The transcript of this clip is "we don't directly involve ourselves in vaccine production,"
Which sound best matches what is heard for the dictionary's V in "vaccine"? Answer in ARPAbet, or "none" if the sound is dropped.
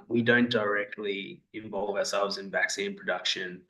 V